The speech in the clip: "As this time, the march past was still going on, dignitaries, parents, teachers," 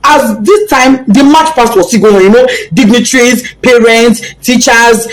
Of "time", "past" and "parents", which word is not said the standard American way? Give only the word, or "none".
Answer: past